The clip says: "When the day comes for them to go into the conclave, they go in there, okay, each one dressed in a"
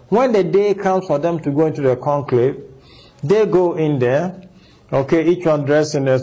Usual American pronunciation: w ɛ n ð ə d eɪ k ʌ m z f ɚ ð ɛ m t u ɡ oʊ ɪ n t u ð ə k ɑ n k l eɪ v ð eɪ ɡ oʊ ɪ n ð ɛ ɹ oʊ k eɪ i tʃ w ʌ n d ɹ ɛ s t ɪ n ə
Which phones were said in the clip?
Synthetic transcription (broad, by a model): w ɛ n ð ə d eɪ k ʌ m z f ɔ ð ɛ m t u ɡ oʊ ɪ n t u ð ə k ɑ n k l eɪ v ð eɪ ɡ oʊ ɪ n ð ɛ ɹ oʊ k eɪ i tʃ w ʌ n d ɹ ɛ s ɪ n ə